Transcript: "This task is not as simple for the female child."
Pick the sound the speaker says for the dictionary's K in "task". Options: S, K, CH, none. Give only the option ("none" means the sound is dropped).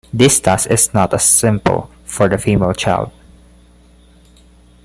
none